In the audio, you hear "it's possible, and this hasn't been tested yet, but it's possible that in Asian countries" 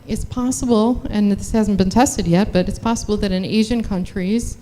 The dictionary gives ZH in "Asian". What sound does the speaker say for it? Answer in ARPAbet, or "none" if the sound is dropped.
ZH